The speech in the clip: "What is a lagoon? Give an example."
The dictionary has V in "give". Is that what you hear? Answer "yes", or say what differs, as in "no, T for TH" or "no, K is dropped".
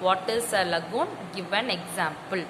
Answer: yes